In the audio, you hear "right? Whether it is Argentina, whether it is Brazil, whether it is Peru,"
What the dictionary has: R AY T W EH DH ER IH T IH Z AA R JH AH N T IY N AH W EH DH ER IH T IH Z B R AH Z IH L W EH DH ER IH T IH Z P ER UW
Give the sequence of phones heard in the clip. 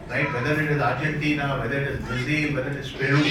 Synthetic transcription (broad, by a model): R AY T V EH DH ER IH T IH Z AA R JH AH N T IY N AH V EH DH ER IH T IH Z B AH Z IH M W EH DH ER IH T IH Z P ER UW